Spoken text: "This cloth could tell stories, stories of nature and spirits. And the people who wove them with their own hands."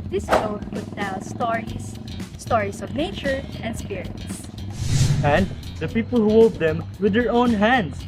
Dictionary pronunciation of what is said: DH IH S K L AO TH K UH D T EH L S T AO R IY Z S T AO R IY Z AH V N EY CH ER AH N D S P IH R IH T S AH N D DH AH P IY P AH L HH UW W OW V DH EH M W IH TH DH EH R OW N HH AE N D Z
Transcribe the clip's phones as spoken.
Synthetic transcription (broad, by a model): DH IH S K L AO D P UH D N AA W S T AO R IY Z S T AO R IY S AH V N EY CH ER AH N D S P IH R IH T S AH N D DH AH P IY P AH L HH UW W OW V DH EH M W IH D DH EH R OW N HH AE N D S